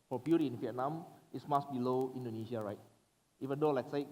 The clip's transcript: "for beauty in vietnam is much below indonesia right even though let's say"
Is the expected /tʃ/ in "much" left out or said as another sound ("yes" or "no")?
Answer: yes